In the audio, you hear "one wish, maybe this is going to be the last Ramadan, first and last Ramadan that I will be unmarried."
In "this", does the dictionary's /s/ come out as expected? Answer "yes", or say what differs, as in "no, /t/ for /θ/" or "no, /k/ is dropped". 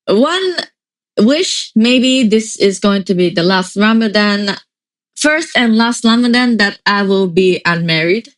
yes